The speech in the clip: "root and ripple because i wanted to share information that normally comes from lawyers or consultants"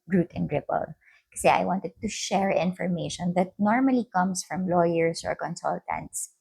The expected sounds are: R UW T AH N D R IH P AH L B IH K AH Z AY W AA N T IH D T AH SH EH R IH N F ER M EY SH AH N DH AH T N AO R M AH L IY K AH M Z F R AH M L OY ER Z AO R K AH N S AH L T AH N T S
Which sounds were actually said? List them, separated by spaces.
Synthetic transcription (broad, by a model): R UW T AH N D R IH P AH L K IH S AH AY W AA N T IH D T AH SH EH R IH N F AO M EY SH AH N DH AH T N AO R M AH L IY K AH M S F R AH M L OY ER S AO R K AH N S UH L T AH N T S